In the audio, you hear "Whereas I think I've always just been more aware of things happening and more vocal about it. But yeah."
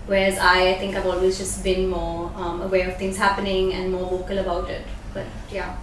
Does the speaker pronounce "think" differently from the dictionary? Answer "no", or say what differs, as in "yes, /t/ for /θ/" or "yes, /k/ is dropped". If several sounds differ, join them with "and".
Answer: yes, /t/ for /θ/